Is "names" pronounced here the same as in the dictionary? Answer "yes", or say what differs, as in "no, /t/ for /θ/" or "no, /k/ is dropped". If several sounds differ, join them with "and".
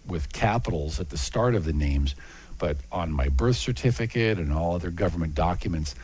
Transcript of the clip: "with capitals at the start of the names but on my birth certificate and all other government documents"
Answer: yes